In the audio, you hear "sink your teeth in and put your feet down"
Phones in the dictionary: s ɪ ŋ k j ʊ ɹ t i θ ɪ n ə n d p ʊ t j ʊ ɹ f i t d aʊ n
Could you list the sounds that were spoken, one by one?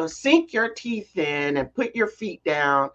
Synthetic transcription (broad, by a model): s ɪ ŋ k j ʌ ɹ t i θ ɪ n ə n p ʊ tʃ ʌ ɹ f i t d aʊ n